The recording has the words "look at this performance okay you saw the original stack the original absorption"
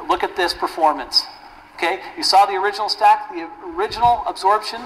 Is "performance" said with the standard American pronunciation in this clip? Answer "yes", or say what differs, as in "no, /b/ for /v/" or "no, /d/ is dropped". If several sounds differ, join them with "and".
yes